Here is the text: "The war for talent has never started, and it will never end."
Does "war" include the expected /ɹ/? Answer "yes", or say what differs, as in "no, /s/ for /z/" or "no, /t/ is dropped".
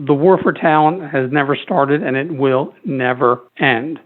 yes